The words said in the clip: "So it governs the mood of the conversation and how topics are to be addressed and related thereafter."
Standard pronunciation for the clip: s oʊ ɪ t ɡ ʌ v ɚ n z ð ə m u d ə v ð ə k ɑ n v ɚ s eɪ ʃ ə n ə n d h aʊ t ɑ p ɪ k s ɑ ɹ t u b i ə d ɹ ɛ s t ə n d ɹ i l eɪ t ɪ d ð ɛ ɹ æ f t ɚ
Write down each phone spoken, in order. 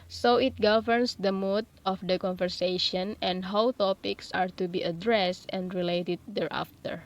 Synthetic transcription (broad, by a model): s oʊ ɪ t ɡ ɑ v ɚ n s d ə m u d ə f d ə k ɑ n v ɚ s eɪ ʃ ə n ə n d h aʊ t ɑ p ɪ k s ɑ ɹ t u b i ə d ɹ ɛ s t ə n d ɹ i l eɪ t ɪ d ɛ ɹ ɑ f t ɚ